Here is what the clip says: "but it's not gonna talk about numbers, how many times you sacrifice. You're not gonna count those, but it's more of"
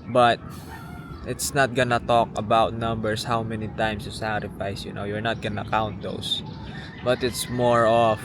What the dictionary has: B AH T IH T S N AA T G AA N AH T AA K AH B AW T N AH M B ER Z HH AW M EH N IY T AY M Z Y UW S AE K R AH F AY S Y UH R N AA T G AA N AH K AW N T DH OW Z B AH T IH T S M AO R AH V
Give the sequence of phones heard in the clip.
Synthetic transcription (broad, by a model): B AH T IH T S N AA T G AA N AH T AA K AH B AW T N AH M B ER S HH AW M EH N IY T AY M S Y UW S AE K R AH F AY S Y UH R N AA T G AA N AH K AW N T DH OW S B AH T IH T S M AO R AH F